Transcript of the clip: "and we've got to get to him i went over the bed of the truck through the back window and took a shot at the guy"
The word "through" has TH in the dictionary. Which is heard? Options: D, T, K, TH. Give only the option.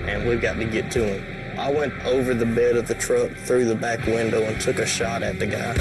TH